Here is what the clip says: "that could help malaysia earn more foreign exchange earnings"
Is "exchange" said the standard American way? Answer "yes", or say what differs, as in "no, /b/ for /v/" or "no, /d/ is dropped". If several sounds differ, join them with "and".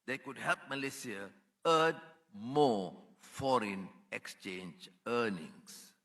yes